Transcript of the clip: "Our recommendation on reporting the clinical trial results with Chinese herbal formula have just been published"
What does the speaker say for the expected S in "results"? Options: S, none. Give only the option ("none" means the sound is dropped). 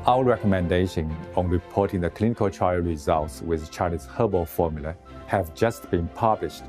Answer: S